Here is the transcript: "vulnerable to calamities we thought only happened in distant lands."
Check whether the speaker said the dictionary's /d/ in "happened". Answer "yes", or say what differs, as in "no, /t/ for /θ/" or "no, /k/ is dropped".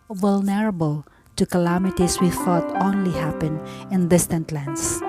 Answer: no, /d/ is dropped